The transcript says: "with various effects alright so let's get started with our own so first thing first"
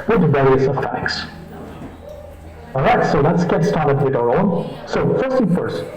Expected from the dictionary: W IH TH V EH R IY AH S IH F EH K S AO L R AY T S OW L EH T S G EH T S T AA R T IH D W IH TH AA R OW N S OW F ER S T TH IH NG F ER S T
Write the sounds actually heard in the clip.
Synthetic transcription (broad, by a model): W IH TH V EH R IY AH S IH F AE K S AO R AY T S OW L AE T S G EH T S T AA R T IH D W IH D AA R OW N S OW F ER S T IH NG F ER S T